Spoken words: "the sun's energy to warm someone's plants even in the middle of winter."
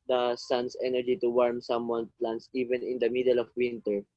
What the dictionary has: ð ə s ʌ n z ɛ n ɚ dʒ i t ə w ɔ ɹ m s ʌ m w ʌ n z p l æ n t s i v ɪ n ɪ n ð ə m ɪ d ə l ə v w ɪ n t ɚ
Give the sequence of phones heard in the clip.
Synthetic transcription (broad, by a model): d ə s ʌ n s ɛ n ɚ dʒ i t ə w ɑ ɹ m s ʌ m w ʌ n p l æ n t s i v ɪ n ɪ n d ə m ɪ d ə l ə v w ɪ n t ɚ